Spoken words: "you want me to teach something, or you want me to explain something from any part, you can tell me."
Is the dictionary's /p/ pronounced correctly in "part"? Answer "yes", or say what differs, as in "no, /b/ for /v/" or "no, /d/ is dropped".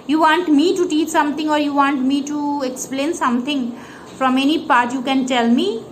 yes